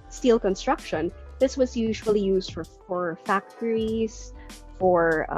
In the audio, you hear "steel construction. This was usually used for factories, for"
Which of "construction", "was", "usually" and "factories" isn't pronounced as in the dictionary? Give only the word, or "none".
none